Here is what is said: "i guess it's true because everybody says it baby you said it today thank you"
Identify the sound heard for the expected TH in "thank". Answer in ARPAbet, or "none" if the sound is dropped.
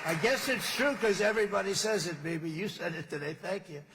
TH